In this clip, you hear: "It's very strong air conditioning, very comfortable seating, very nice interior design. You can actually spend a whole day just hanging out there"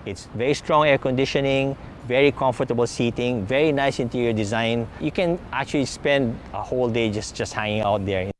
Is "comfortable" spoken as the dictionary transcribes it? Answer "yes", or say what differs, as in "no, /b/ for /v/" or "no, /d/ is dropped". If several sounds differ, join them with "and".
yes